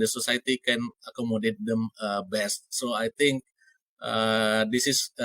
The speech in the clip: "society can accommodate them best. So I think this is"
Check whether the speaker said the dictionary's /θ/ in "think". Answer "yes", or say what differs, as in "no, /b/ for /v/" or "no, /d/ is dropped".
no, /t/ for /θ/